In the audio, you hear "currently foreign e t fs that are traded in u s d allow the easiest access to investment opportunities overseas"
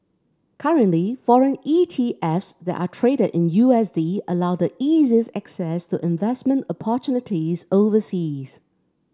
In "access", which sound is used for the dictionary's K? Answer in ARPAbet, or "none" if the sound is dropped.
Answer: K